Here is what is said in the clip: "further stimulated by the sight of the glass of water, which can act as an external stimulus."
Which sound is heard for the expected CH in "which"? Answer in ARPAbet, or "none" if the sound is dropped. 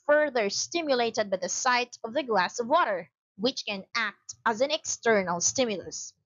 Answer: CH